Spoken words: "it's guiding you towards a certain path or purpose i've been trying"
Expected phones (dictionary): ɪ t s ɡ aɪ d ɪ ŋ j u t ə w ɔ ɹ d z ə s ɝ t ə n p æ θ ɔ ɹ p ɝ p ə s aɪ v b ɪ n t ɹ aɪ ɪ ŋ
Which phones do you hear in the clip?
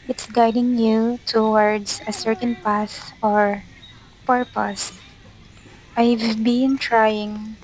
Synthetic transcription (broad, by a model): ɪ t s ɡ aɪ d ɪ ŋ j u t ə w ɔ ɹ d s ə s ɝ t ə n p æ s ɔ ɹ p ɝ p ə s aɪ v b ɪ n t ɹ aɪ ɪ ŋ